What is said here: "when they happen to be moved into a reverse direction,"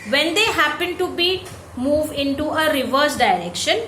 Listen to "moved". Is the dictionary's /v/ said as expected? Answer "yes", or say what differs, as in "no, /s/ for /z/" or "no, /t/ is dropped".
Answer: yes